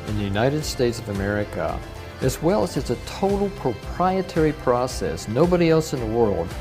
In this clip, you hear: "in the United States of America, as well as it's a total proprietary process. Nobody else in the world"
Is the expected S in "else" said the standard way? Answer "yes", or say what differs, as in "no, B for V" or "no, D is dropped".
yes